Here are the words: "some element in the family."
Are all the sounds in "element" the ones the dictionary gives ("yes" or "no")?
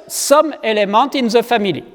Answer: no